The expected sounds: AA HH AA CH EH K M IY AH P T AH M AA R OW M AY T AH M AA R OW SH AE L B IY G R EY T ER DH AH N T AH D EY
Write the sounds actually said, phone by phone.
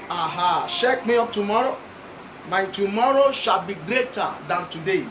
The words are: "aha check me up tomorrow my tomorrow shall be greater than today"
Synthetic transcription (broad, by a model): AA HH AA SH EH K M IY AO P T AH M AA R OW M AY T AH M AA R OW SH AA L B IY G R EY T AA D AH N T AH D EY